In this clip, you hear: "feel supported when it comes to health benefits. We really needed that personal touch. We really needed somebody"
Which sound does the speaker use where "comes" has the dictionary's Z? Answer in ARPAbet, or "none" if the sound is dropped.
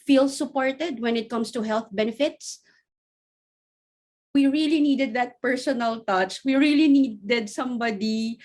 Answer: S